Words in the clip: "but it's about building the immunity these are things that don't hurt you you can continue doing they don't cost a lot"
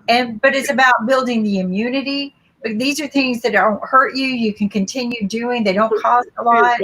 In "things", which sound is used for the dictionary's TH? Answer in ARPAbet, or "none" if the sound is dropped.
TH